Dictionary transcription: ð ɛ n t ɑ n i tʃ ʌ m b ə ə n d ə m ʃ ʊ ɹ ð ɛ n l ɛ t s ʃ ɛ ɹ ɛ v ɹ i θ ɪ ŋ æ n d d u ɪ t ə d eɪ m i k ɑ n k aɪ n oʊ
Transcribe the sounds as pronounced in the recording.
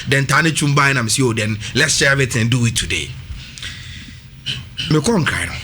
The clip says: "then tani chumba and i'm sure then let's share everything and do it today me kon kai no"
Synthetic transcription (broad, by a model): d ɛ n t ɑ n i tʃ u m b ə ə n ə m s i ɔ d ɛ n l ɛ t s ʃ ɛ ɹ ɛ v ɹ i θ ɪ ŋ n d d u ɪ t ə d eɪ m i k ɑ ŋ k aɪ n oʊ